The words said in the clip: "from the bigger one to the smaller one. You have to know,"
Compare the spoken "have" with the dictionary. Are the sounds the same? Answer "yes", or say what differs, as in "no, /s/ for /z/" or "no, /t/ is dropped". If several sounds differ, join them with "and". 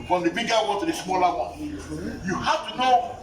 no, /f/ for /v/